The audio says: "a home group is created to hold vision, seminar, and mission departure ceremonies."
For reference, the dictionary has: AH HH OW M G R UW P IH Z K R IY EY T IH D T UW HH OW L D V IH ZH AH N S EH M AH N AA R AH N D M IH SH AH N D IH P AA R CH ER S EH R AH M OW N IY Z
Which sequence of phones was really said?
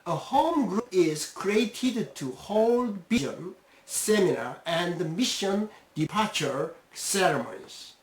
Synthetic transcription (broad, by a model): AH HH OW M G R UW P IH Z K R IY EY T IH D T UW HH OW L D B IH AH N S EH M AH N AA R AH N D M IH SH AH N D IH P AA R CH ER S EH R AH M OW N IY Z